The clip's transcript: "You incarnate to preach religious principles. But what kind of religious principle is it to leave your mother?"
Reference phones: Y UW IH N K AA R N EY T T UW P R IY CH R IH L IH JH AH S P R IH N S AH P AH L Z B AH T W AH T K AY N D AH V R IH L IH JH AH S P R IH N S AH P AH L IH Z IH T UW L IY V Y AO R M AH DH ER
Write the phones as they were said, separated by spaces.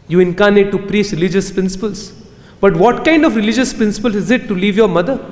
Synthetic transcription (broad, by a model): Y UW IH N K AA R N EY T T UW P R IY S R IH L IH JH AH S P R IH N S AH P AH L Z B AH T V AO T K AY N D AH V R IH L IH JH AH S P R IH N S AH P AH L IH Z IH T UW L IY V Y AO R M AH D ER